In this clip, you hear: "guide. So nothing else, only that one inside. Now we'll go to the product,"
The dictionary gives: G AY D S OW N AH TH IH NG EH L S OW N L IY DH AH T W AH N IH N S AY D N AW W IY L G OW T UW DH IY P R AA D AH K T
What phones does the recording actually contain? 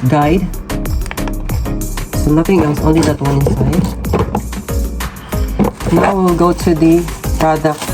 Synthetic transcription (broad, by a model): G AY D S OW N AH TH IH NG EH S OW N L IY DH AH T W AH N IH N S AY D N AW W IY L G OW T UW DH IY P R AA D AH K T